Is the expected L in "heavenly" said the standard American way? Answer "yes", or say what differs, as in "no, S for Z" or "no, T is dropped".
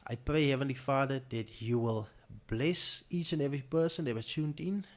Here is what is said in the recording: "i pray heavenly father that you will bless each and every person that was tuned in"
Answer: yes